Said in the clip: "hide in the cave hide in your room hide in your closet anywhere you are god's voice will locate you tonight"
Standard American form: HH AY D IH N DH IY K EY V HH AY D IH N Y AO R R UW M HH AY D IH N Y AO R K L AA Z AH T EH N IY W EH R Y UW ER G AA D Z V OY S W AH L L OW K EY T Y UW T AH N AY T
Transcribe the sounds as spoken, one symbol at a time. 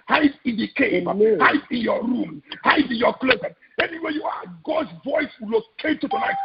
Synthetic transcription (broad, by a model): HH AY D IH N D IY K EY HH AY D IH N Y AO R R UW M HH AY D IH N Y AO K L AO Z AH EH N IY W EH Y UW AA G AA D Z V OY S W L L OW K EY T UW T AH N AY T